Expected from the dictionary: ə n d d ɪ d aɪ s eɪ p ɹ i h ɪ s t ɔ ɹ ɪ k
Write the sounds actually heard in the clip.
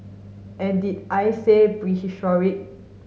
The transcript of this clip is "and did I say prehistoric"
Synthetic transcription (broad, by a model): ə n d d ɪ aɪ s eɪ b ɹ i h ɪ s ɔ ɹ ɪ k